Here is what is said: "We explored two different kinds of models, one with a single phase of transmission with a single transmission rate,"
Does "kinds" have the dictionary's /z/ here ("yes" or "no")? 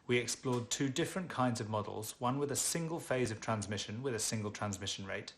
yes